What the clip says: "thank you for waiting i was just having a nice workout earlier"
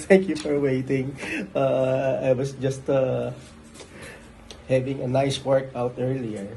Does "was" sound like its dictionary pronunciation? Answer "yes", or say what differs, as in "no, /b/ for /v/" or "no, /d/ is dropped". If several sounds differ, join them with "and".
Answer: no, /s/ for /z/